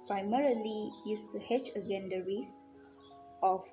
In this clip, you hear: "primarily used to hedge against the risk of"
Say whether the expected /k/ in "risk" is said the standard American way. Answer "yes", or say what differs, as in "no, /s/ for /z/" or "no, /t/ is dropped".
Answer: no, /k/ is dropped